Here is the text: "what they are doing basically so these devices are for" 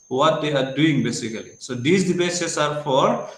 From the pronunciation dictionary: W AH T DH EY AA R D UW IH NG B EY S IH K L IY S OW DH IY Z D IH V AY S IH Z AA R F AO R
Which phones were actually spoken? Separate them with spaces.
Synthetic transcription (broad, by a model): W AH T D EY AA R D UW IH NG B EY S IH K L IY S OW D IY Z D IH B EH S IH S AA R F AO R